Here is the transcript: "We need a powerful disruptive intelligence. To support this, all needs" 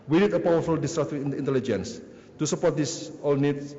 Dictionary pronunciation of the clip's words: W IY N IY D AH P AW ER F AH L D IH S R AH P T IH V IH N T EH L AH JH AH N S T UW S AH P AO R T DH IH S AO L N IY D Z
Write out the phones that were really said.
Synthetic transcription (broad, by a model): W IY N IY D AH P AW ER F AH L D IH S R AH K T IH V IH N T EH L AH JH AH N S T UW S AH P AO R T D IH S AO L N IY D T